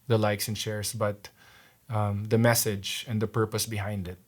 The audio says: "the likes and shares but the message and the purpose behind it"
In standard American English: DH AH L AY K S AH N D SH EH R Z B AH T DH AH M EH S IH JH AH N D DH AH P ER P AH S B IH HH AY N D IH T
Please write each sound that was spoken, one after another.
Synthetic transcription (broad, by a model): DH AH L AY K S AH N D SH EH R S B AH T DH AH M EH S IH JH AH N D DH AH P ER P AH S B IH HH AY N D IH T